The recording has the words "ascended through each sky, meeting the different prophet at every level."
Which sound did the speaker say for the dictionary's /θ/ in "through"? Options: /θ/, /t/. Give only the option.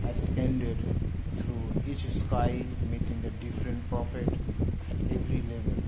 /t/